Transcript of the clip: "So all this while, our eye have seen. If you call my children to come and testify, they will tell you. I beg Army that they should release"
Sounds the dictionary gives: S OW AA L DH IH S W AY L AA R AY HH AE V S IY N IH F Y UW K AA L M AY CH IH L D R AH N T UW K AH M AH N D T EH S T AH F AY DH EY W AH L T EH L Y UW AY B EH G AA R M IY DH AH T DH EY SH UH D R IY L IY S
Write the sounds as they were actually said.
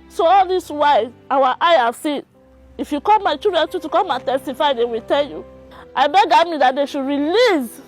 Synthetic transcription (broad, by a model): S OW AA L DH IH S W AY W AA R AY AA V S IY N IH F Y UW K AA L M AY CH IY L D R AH N T UW K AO M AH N T EH S T AH F AY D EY W AH L T EH L Y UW AY B EH G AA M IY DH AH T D EY SH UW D R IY L IY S